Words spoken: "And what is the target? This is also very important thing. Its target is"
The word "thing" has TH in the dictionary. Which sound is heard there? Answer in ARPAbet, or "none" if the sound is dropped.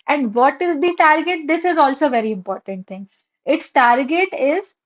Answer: T